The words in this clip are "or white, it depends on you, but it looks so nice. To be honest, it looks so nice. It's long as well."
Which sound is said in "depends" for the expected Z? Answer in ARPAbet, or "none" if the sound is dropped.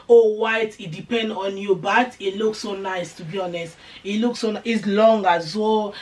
none